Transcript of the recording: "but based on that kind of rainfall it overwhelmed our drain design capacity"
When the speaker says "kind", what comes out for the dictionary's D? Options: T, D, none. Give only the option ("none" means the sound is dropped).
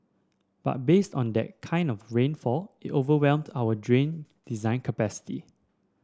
D